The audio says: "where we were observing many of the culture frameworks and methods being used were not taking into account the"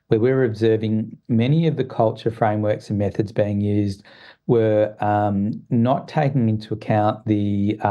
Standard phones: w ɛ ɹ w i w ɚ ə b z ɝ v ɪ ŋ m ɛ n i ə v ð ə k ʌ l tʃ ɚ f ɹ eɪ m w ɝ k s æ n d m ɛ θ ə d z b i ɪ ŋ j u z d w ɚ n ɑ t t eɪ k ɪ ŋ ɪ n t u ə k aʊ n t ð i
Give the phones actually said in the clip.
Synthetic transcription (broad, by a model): w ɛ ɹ w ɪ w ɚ ə b z ɝ v ɪ ŋ m ɛ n i ə v ð ə k ʌ l tʃ ɚ f ɹ eɪ m w ɝ k s n m ɛ θ ə d z b i ɪ ŋ j u z d w ɚ n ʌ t t eɪ k ɪ ŋ ɪ n t u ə k aʊ n ð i